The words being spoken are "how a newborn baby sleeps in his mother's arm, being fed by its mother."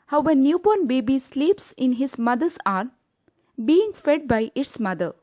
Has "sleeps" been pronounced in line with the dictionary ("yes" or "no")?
yes